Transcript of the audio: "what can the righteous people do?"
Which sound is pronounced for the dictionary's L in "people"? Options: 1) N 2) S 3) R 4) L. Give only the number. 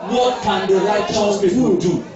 1